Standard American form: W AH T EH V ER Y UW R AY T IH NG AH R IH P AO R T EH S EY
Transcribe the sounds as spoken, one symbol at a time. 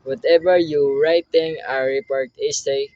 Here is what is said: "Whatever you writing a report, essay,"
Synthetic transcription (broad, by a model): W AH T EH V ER Y UW R AY T IH NG AH R IH P AO R T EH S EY